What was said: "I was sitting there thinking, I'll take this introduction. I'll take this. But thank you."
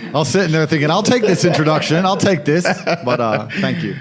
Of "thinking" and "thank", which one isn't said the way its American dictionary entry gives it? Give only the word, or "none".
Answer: none